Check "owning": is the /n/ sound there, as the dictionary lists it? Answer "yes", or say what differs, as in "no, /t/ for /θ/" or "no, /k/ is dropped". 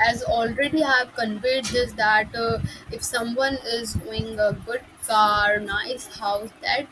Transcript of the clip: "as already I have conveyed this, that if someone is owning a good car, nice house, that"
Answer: no, /n/ is dropped